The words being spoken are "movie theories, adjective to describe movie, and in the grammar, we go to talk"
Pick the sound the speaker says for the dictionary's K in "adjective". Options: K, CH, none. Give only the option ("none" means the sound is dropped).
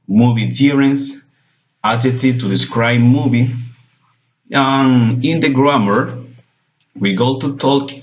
none